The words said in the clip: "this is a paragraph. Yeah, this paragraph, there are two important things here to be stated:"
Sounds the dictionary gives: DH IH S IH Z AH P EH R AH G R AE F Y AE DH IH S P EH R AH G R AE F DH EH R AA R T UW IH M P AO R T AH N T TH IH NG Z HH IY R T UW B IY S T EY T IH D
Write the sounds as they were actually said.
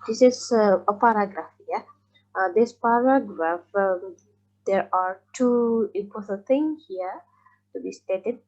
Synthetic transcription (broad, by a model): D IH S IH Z AH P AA R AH G R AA F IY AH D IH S P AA R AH G R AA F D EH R AA R T UW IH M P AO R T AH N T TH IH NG HH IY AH T UW B IY S T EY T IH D